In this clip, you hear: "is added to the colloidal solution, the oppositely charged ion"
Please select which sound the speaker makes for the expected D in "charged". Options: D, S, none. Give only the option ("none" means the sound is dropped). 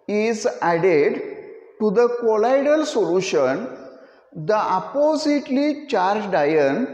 D